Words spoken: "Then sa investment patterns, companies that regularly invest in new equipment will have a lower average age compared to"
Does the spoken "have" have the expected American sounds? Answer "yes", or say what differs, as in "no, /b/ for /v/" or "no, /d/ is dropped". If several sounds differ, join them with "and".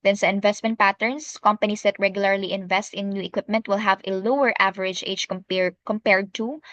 yes